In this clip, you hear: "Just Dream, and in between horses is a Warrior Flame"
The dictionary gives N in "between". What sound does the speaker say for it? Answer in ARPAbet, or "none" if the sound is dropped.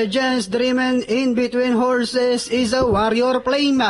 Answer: N